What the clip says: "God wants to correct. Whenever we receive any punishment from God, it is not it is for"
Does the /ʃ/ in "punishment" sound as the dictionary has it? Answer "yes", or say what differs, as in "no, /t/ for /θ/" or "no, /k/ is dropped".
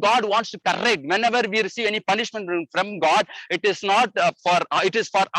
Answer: yes